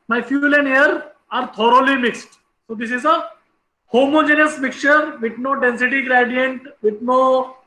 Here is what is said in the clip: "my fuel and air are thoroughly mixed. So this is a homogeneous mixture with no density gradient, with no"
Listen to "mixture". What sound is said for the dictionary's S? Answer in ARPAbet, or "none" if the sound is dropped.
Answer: none